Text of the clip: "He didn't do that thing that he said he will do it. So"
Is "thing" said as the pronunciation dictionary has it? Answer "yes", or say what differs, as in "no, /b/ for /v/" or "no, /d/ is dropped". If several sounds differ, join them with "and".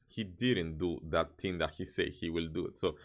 no, /t/ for /θ/